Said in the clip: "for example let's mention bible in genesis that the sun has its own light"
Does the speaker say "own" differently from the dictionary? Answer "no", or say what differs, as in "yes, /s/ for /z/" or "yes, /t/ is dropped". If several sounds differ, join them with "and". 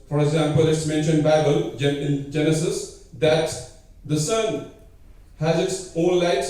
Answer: yes, /l/ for /n/